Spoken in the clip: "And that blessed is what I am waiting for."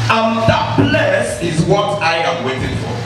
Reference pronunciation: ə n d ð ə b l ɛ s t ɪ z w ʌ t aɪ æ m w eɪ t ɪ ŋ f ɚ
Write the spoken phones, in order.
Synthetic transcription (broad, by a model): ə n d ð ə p l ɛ s ɪ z w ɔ t aɪ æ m w eɪ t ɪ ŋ f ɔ